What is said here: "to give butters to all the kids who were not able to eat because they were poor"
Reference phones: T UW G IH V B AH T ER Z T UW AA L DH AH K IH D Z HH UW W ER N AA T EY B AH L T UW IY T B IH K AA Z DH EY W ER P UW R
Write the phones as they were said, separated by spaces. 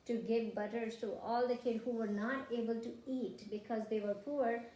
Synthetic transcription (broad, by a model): T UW G IH V B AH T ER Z T UW AA L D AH K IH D HH UW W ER N AA T EY B AH L T UW IY T B IH K AA Z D EY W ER P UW R